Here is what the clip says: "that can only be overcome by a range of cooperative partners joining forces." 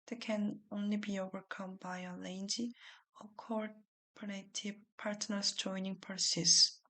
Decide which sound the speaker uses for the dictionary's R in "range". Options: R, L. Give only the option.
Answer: L